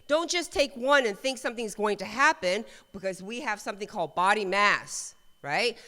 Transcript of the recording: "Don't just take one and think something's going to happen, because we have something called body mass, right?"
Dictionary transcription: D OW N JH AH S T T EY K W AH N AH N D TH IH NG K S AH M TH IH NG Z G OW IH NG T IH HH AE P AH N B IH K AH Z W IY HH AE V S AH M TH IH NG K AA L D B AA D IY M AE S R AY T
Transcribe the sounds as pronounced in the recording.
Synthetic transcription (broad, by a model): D OW N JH AH S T T EY K W AH N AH N TH IH NG K S AH M TH IH NG Z G OW IH NG T IH HH AE P AH N B IH K AH Z W IY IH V S AH M TH IH NG K AA L D B AA D IY M AE S R AY T